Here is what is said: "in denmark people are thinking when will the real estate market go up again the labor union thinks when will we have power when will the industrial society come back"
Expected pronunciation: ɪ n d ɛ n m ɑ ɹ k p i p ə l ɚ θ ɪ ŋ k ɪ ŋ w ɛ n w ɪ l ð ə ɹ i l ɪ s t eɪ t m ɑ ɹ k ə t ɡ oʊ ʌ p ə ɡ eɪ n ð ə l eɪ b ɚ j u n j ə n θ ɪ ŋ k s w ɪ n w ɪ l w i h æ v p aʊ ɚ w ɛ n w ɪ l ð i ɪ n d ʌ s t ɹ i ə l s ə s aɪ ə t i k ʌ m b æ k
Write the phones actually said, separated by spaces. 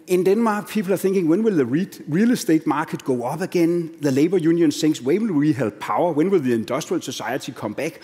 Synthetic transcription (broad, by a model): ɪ n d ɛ n m ɑ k p i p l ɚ θ ɪ ŋ k ɪ ŋ w ɛ n w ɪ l ð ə ɹ i l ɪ s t eɪ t m ɑ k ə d ɡ oʊ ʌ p ə ɡ eɪ n ð ə l eɪ b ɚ j u n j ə n s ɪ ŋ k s w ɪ w ɪ l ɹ i h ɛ b p aʊ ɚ w ɛ n w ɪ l ð i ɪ n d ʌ s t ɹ i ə l s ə s aɪ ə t i k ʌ m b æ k